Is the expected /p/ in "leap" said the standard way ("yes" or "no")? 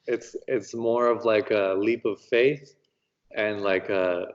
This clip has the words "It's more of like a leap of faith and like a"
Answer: yes